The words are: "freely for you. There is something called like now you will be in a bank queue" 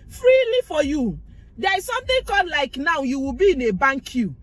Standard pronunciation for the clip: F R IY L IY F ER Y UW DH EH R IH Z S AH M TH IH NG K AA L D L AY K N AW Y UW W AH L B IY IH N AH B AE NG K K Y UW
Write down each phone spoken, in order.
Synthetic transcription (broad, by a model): F R IY L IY F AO Y UW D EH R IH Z S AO M T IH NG K AA D L AY K N AW Y UW W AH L B IY IH N AH B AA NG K K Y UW